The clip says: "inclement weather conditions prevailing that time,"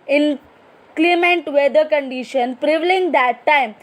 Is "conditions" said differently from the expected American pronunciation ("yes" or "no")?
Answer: yes